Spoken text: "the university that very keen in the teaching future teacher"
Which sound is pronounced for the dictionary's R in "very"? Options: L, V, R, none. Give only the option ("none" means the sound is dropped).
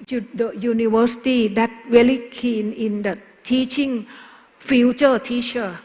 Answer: L